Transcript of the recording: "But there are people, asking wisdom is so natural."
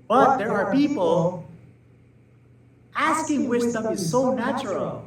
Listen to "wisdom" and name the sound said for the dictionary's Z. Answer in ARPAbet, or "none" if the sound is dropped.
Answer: S